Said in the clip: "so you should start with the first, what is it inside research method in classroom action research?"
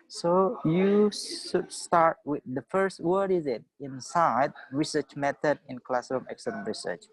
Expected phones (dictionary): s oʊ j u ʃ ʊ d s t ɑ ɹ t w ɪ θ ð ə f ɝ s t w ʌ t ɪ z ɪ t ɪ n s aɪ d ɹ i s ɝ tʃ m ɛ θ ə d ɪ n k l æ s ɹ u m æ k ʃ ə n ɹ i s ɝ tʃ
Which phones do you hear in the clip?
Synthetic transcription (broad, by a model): s oʊ j u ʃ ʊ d s t ɑ ɹ t w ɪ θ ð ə f ɝ s t w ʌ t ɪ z ɪ t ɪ n s aɪ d ɹ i s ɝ tʃ m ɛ t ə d ɪ n k l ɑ s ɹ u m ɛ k s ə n ɹ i s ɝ tʃ